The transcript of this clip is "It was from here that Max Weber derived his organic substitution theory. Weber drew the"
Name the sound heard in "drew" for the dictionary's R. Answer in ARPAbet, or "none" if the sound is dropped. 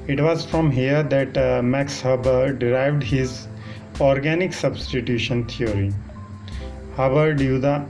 none